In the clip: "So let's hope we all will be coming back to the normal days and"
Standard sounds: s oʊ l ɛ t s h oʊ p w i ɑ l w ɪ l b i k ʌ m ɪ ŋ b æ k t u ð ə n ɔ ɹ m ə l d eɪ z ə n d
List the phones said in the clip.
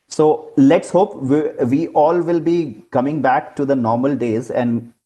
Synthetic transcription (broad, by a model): s oʊ l ɛ t s h oʊ p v i ɑ l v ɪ l b i k ʌ m ɪ ŋ b æ k t u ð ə n ɔ ɹ m ə l d eɪ z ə n d